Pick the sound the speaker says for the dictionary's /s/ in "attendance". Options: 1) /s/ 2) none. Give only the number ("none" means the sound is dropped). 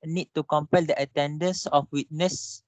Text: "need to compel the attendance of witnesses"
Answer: 1